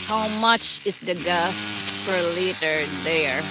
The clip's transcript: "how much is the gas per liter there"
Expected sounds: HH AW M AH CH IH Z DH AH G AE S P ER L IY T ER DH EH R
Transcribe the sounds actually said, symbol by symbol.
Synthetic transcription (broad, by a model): HH AW M AH CH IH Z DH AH G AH S F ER L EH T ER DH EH R